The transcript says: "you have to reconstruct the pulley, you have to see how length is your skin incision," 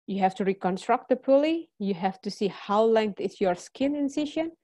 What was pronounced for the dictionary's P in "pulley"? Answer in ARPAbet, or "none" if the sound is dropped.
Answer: P